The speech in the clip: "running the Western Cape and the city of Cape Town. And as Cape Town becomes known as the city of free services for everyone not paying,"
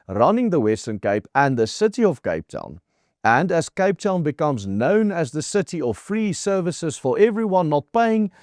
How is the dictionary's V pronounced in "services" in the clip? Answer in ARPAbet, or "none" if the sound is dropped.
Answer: V